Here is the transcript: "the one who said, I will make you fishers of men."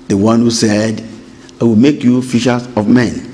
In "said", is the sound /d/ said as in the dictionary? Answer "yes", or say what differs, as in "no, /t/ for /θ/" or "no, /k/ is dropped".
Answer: yes